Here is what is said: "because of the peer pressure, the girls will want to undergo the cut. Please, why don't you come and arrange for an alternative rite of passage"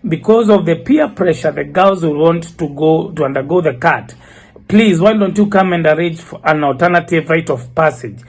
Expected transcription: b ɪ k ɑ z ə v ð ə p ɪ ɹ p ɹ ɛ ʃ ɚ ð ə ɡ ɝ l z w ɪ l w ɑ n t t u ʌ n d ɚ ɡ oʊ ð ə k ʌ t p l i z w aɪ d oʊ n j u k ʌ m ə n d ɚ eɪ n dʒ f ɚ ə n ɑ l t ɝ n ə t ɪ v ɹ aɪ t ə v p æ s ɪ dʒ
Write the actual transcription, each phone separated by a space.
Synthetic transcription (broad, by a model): b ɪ k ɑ z ə v ð ə p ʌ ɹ p ɹ ɛ ʃ ɚ ð ə ɡ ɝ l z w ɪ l w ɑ n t t u ʌ n d ɚ ɡ oʊ ð ə k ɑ t p l i z w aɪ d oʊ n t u k ʌ m ə n d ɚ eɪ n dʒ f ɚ ə n ɑ l t ɝ n ə t ɪ v ɹ aɪ t ə v p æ s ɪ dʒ